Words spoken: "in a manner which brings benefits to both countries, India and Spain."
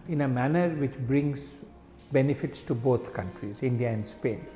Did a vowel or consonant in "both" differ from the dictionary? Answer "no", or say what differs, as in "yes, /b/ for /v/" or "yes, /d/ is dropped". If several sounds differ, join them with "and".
yes, /t/ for /θ/